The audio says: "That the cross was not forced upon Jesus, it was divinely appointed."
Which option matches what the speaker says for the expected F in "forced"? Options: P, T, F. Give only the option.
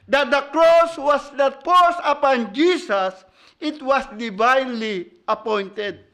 P